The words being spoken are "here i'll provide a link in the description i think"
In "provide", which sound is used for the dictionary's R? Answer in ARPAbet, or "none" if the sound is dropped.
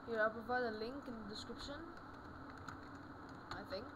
none